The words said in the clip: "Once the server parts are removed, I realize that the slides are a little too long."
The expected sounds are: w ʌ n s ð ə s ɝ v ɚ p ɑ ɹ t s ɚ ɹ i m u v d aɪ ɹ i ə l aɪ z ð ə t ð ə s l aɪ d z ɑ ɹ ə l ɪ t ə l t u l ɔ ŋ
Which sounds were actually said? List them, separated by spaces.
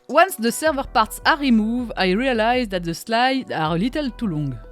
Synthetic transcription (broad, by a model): w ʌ n s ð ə s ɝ v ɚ p ɑ ɹ t s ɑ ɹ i m u v aɪ ɹ i ə l aɪ z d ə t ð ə s l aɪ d ɑ ɹ ə l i t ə l t u l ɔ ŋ